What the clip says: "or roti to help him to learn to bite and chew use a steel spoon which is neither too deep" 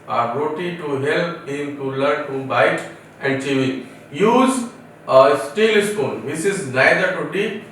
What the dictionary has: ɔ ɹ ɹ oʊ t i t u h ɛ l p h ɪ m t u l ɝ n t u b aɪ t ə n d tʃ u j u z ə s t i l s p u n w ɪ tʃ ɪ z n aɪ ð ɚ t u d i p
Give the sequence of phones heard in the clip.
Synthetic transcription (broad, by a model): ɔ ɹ ɹ oʊ t i t u h ɛ l p h ɪ m t u l ɝ n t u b aɪ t ə n d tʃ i j u z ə s t i l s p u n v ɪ s ɪ z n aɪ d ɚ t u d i